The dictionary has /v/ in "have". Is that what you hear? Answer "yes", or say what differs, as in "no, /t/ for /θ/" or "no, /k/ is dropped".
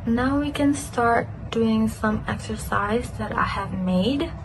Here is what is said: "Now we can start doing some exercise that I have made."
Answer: yes